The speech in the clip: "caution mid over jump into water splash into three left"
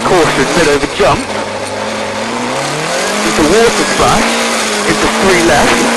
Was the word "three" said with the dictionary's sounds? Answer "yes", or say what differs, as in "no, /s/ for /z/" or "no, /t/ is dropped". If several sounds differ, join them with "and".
no, /s/ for /θ/